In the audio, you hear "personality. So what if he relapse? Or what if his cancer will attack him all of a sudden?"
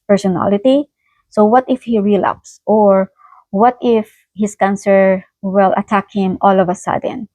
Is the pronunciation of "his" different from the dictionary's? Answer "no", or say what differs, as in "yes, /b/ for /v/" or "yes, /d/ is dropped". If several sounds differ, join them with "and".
yes, /s/ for /z/